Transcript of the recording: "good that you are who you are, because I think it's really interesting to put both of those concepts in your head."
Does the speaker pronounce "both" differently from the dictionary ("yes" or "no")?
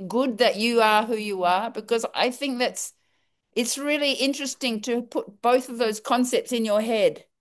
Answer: no